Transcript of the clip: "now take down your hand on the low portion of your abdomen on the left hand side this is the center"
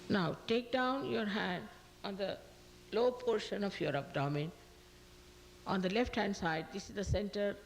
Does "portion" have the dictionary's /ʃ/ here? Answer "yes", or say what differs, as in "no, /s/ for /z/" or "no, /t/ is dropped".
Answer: yes